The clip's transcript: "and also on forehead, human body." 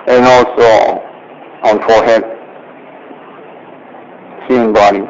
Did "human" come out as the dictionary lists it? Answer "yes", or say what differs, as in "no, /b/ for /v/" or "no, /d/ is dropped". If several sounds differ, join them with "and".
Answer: no, /m/ is dropped